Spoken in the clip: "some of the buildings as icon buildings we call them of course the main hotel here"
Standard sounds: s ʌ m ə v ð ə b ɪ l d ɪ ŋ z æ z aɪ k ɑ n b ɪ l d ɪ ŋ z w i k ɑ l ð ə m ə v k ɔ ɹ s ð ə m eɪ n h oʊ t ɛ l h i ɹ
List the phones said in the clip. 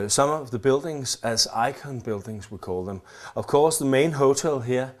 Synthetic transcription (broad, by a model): s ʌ m ə v ð ə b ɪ l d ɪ ŋ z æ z aɪ k ɑ n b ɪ l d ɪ ŋ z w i k ɑ l ð ə m ə v k ɔ s ð ə m eɪ n h oʊ s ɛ l h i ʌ